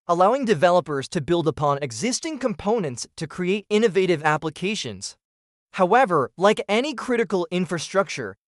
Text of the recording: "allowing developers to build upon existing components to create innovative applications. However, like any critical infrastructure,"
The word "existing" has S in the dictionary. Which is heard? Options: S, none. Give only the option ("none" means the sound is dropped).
S